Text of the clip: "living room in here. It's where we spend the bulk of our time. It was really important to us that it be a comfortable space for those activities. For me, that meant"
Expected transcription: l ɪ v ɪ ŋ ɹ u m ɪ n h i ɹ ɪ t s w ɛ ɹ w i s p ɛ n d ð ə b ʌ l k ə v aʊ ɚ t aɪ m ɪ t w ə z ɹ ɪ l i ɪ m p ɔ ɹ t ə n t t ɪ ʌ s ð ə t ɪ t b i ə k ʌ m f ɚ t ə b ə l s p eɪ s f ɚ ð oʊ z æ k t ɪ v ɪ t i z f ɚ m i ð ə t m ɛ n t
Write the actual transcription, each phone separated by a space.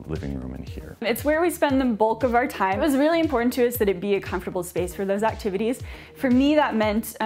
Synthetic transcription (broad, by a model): l ɪ v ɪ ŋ ɹ u m ɪ n h i ɹ ɪ t s w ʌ ɹ w i s p ɛ n ð ə b ʌ l k ə v aʊ ɚ t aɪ ɪ t w ə z ɹ ɪ l i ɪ m p ɔ ɹ t n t t ɪ ʌ s ð ə t ɪ t b i ə k ʌ m f t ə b l s p eɪ s f ɚ ð oʊ z æ k t ɪ v ɪ t i z f ɚ m i ð ə t m ɛ n t